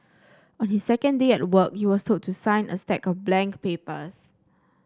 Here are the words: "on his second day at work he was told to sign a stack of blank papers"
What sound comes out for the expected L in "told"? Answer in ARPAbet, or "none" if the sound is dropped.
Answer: none